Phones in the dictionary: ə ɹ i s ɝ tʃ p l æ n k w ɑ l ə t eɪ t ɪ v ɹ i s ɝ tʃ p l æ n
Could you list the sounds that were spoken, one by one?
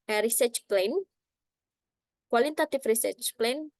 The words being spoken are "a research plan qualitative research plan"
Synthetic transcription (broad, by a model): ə ɹ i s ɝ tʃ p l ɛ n k w ɑ l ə t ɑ t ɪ f ɹ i s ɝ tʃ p l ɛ n